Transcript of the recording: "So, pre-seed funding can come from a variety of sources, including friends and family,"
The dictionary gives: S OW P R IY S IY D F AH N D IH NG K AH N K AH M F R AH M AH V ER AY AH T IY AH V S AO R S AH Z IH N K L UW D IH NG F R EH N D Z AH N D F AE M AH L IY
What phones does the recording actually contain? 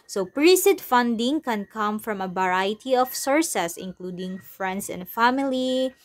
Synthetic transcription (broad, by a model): S OW P R IY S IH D F AH N D IH NG K AH N K AH M F R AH M AH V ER AY T IY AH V S AO R S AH S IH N K L UW D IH NG F R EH N D S AH N D F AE M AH L IY